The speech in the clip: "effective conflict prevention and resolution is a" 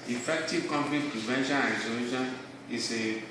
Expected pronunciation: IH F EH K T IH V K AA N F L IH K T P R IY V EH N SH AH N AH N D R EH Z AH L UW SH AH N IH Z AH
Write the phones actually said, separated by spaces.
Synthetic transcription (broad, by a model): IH F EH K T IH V K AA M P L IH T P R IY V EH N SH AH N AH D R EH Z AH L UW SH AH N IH S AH